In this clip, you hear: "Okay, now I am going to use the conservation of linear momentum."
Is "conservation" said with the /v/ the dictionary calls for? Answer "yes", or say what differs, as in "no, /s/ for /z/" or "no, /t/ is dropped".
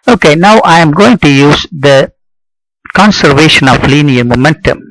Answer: yes